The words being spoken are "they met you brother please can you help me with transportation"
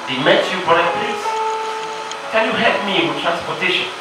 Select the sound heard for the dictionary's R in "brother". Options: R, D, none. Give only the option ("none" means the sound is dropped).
none